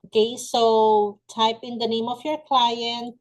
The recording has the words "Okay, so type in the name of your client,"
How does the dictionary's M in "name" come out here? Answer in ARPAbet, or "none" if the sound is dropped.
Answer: M